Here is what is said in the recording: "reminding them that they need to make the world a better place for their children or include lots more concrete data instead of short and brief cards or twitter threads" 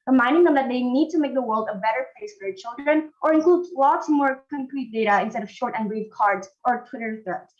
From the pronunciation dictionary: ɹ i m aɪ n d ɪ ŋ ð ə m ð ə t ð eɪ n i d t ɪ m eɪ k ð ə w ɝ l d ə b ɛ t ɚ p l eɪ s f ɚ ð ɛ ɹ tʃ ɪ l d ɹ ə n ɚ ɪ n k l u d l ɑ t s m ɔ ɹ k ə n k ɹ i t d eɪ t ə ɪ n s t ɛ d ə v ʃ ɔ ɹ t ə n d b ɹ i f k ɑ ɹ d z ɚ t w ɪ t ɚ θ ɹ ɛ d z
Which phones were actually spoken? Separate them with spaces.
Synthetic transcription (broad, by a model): ɹ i m aɪ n d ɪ ŋ ð ə m ð ə t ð eɪ n i d t ɪ m eɪ k ð ə w ɝ l d ə b ɛ t ɚ p l eɪ s f ɚ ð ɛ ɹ tʃ ɪ l d ɹ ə n ɚ ɪ n k l u d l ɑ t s m ɔ ɹ k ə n k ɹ i t d eɪ t ə ɪ n s t ɛ d ə v ʃ ɔ ɹ t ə n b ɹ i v k ɑ ɹ d z ɚ t w ɪ t ɚ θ ɹ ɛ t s